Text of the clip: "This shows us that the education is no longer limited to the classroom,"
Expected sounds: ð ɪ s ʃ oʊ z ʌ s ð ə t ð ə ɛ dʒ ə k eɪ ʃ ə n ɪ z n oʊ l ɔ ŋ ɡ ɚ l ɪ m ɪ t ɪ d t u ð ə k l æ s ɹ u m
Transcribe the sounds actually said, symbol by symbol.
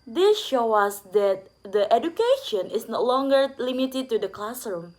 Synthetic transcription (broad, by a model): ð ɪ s ʃ oʊ ʌ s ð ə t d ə ɛ dʒ ə k eɪ ʃ ə n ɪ s n oʊ l ɔ ŋ ɡ ɚ l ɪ m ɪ t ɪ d t u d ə k l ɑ s ɹ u m